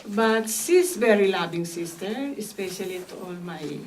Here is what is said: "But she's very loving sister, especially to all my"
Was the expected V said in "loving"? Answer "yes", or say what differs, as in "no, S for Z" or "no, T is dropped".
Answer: no, B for V